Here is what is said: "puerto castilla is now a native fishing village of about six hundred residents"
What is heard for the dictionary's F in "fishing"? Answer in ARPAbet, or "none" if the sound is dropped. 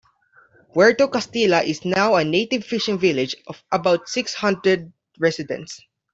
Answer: F